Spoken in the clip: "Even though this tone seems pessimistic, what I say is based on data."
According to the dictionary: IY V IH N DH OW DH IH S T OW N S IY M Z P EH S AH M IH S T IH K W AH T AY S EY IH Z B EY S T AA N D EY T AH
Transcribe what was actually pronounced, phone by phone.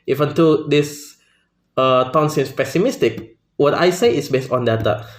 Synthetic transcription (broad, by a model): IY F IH N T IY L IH S T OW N S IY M S P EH S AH M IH S T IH K W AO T AY S EY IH S B EY S T AA N D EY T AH